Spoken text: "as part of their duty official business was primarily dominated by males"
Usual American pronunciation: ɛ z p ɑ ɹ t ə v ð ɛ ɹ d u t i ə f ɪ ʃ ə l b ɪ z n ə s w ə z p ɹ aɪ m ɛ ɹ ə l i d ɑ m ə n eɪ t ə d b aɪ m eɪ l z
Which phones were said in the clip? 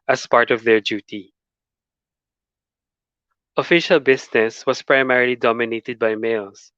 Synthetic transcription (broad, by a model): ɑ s p ɑ ɹ t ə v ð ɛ ɹ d u t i ə f ɪ ʃ ə l b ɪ s n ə s w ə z p ɹ aɪ m ɛ ɹ ə l i d ɑ m ə n eɪ t ə d b aɪ m eɪ l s